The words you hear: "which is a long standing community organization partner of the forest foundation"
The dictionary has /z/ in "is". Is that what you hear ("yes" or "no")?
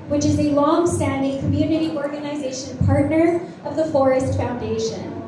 yes